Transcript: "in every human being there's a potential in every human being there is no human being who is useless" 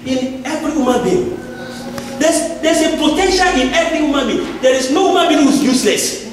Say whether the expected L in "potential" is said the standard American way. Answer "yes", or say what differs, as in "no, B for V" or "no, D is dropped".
no, N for L